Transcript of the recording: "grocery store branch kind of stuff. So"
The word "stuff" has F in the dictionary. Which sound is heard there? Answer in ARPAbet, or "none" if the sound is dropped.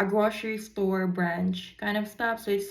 P